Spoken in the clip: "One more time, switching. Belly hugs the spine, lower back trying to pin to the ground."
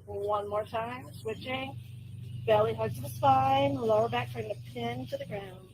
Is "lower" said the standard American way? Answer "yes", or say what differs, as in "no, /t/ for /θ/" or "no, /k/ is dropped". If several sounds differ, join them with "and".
yes